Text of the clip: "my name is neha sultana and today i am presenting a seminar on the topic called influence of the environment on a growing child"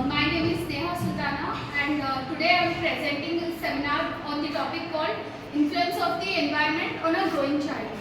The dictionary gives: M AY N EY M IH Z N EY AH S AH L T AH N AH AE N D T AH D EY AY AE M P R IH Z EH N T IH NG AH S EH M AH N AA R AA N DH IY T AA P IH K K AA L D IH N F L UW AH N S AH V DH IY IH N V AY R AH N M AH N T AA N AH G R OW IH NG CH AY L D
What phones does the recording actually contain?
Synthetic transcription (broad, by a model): M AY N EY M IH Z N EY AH S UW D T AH N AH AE N D T AH D EY AY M P R IH Z EH N T IH NG AH S EH M AH N AA R AA N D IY T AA P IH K K AA L D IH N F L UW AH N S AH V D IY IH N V AY AH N M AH N T AA N AH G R OW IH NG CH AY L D